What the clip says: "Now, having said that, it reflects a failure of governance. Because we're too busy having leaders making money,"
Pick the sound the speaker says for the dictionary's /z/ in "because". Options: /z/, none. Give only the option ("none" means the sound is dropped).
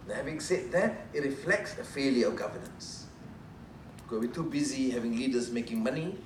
none